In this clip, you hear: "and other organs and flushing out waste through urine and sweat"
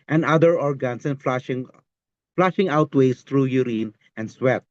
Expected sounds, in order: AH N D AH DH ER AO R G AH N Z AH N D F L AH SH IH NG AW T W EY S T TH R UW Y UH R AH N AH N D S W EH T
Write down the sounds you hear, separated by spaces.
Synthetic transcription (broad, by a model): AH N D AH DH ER AO R G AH N S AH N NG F L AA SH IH NG AW T W EY S T R UW Y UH R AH N AH N D S W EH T